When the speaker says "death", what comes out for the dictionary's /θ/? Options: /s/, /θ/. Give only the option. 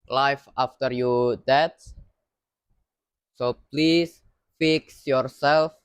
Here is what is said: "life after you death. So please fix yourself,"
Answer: /s/